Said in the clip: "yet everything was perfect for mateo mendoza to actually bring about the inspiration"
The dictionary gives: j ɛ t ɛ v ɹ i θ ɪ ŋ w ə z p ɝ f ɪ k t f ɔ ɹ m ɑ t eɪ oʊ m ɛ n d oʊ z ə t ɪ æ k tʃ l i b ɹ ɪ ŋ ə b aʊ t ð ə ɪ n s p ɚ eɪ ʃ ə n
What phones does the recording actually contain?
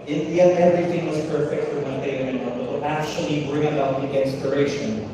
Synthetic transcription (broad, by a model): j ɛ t ɛ v ɹ i θ ɪ ŋ w ə z p ɝ f ɪ k t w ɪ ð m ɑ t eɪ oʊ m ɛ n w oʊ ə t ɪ æ k tʃ l i b ɹ ɪ ŋ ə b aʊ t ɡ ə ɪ n s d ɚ eɪ ʃ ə n